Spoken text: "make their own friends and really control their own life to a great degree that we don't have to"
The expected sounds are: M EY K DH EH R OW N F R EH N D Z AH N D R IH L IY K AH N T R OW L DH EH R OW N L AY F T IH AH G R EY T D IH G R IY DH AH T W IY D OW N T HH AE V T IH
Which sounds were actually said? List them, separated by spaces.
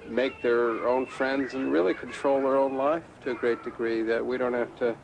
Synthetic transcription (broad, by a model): M EY K DH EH R OW N F R EH N D Z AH N R IH L IY K N T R OW L DH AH R OW N L AY F T IH AH G R EY T D IH G R IY DH AH T W IY D OW N T HH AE F T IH